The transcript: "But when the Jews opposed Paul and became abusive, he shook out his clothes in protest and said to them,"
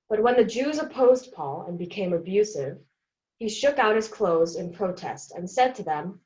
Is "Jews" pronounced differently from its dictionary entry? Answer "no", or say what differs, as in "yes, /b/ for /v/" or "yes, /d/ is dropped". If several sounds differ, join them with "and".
no